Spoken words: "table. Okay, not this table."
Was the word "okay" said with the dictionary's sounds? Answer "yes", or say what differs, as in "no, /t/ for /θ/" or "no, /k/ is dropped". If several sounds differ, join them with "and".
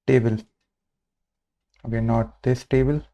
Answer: no, /k/ is dropped